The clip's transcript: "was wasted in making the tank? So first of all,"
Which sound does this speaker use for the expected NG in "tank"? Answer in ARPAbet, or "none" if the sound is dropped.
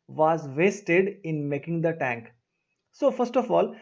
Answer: NG